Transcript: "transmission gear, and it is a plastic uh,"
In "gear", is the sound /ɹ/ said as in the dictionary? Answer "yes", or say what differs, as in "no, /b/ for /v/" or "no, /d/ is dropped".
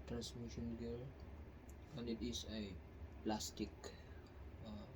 no, /l/ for /ɹ/